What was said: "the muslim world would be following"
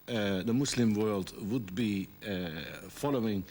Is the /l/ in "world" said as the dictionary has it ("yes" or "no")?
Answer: yes